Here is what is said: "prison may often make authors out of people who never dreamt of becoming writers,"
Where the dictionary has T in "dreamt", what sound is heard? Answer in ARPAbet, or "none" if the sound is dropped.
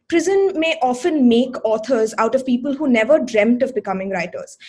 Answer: T